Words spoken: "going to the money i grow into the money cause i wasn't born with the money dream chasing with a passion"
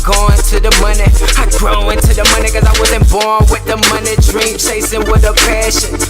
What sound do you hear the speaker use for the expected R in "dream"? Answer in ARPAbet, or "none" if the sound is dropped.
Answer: R